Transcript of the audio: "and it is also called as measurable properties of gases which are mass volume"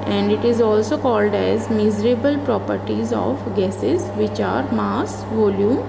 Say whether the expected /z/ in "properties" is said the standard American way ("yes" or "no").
yes